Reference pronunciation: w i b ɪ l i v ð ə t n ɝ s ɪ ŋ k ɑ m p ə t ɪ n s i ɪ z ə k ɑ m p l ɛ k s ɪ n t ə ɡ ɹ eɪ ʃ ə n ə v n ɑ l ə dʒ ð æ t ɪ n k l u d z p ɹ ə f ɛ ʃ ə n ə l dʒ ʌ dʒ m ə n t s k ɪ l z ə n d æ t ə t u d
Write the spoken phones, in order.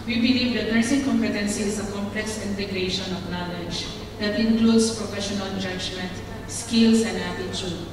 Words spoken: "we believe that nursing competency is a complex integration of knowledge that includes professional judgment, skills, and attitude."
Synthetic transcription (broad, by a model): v i b ɪ l i v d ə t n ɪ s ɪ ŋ k ɑ m p ə t ɪ n s i ɪ z ə k ɑ m p l ɛ k s ɪ n t ə ɡ ɹ eɪ ʃ ə n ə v n ɑ l ə dʒ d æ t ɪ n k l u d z p ɹ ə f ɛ ʃ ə n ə n dʒ ʌ dʒ m ə n t s k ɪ l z ə n d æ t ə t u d